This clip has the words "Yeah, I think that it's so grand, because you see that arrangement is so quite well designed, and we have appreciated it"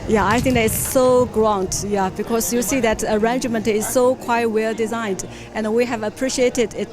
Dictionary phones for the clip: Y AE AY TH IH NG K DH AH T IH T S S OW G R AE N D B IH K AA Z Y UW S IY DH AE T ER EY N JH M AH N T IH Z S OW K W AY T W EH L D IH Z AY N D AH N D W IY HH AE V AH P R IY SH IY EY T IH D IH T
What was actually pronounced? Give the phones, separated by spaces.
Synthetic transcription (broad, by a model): Y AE AY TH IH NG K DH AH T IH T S S OW G R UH N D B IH K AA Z Y UW S IY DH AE T ER EY N JH M AH N T IH Z S OW K W AY T W EH L D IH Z AY N D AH N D W IY HH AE V AH P R IY SH IY EY T IH D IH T